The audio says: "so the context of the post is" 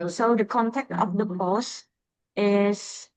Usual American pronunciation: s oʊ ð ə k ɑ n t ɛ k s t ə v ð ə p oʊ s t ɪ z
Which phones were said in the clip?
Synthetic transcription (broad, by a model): s oʊ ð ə k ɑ n t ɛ k t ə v ð ə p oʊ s ɪ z